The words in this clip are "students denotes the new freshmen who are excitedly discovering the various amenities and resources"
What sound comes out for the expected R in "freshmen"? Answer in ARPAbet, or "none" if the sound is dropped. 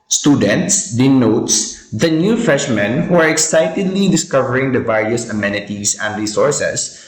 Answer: none